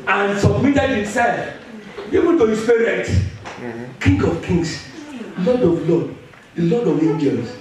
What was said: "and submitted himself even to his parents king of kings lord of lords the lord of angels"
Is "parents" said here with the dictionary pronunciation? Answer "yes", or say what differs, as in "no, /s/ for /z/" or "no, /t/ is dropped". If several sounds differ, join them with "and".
no, /n/ is dropped and /s/ is dropped